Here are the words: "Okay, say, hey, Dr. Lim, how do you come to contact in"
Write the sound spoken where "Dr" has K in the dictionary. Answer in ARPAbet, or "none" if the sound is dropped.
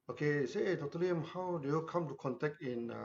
none